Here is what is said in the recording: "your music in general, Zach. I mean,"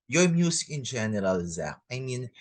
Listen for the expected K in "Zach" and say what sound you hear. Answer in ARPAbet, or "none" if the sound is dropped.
none